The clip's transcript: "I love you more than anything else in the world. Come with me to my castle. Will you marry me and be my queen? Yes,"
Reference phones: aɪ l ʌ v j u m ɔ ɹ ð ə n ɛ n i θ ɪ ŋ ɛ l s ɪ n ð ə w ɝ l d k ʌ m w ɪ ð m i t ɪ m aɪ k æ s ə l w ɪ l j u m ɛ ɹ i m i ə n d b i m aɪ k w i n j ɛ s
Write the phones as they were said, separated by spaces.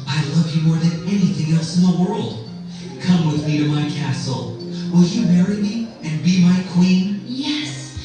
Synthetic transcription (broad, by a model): aɪ l ʌ v j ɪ m ɔ ɹ ð ə n ɛ n i θ ɪ ŋ ɛ l s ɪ n ð ə w ɝ l d k ʌ m w ɪ ð m i t ɪ m aɪ k æ s l w ɪ l j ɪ m ɛ ɹ i m i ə n b i m aɪ k w i n j ɛ s